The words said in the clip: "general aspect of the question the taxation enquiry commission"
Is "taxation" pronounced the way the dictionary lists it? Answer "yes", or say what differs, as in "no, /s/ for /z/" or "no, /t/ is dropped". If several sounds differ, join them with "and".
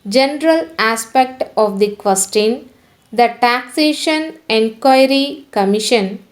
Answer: yes